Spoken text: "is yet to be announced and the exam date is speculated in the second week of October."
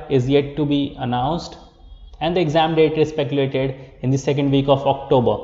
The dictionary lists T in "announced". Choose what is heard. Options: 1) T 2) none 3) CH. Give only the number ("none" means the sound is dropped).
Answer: 1